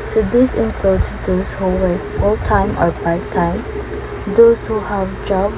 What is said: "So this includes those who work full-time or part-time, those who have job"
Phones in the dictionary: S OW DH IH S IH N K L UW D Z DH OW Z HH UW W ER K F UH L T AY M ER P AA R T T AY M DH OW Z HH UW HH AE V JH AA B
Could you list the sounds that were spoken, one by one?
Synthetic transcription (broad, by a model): S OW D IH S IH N K L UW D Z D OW S HH UW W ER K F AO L T AY M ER B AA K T T AY M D OW S HH UW HH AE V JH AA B